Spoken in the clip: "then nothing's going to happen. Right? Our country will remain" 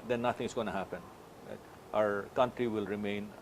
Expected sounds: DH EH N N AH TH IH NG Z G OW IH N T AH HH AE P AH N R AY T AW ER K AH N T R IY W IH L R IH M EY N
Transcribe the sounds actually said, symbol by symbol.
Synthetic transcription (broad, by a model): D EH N N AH T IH NG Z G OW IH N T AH HH AE P AH N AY T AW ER K AH N T R IY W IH L R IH M EY N